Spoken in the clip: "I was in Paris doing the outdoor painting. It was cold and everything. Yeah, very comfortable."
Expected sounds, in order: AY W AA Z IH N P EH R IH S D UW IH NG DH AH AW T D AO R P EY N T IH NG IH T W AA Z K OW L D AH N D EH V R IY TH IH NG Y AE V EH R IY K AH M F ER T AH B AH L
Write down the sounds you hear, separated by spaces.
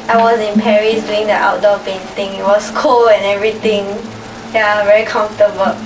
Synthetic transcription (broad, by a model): AY W AA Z IH N P EH R IH S D UW IH NG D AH AW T D AO P EY N T IH NG IH T W AA S K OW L AH N EH V R IY T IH NG Y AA V EH R IY K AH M F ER T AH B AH